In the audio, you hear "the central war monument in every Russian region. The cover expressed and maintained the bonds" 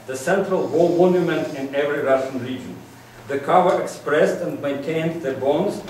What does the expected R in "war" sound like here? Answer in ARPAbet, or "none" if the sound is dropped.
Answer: L